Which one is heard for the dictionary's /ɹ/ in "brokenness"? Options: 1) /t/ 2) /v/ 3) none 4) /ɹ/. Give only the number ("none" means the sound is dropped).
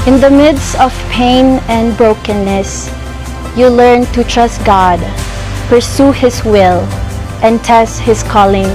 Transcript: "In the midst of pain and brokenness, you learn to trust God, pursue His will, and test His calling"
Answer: 4